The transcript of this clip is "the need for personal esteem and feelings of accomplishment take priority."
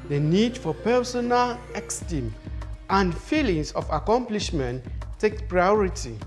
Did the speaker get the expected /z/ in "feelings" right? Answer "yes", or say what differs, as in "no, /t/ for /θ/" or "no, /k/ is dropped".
no, /s/ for /z/